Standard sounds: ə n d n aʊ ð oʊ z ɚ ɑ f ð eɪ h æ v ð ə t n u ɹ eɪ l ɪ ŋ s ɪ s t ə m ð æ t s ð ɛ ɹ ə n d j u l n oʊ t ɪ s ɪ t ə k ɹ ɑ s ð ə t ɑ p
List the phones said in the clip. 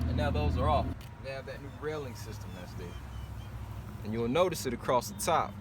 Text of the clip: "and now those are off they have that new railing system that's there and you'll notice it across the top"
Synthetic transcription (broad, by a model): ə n n aʊ ð oʊ z ɚ ɑ f ð eɪ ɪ v ð ə t n u ɹ eɪ l ɪ ŋ s ɪ s t ə m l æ s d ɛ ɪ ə n j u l n oʊ t ɪ s ɪ t ə k ɹ ɑ s ð ə t ɑ p